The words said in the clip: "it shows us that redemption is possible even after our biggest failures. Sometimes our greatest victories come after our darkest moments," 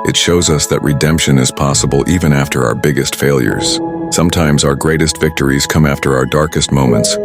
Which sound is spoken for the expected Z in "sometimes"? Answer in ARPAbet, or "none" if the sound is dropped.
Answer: Z